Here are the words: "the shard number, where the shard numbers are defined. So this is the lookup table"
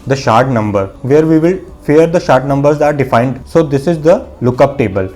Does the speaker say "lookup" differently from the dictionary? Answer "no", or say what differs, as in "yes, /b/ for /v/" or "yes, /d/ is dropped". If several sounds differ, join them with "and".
no